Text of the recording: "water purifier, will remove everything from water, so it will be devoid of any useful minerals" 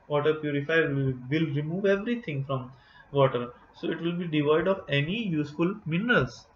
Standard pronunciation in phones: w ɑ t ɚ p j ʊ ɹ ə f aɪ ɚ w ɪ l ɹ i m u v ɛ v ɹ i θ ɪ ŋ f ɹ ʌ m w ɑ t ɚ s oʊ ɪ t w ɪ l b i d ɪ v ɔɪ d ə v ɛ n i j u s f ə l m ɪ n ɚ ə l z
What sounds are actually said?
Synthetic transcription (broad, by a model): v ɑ t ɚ p j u ɹ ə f aɪ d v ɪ l ɹ i m u v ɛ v ɹ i t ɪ ŋ f ɹ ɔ m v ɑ t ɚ s oʊ ɪ t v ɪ l b i d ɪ v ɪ d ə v ɛ n i j u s f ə l m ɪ n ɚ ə l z